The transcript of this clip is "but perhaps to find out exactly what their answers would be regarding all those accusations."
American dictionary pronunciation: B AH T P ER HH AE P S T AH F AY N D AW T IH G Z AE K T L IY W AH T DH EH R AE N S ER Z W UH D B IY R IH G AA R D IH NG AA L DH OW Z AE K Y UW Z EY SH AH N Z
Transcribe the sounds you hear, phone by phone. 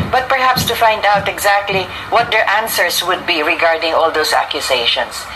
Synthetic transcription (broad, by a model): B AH T P ER HH AE P S T AH F AY N D AW T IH G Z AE K T L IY W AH T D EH R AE N S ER S W UH D B IY R IH G AA R D IH NG AA L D OW S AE K Y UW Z EY SH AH N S